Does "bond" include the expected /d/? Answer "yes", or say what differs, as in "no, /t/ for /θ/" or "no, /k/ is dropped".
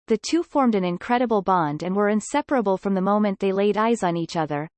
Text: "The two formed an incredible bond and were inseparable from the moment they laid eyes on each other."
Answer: yes